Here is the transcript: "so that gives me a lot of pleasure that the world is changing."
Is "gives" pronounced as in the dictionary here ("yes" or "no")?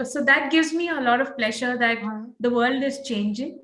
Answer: yes